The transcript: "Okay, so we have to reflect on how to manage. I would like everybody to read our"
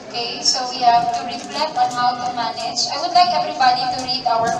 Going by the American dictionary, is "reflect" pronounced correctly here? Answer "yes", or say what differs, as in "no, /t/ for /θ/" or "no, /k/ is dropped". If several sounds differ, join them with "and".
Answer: no, /k/ is dropped